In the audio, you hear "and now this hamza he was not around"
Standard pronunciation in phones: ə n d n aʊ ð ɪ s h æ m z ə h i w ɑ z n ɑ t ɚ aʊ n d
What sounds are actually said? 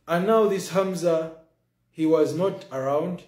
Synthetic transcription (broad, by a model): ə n n aʊ ð ɪ s h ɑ m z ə h i w ɑ z n ɑ t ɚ aʊ n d